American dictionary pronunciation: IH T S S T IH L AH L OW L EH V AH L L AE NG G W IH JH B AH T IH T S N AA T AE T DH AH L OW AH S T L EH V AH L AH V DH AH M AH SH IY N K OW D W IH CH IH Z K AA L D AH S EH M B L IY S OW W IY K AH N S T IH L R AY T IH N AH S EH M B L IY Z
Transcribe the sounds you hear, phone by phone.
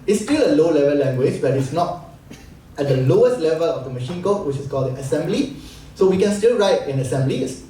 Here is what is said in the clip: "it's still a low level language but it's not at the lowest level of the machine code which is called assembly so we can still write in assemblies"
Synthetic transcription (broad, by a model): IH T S S T IH L AH L OW L EH V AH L L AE NG G W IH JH B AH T IH T S N AA T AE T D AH L OW AH S T L EH V AH L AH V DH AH M AH SH IY N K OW W IH CH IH S K AA L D AH S EH M B L IY S OW W IY K AH N S T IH L R AY T IH N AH S EH M B L IY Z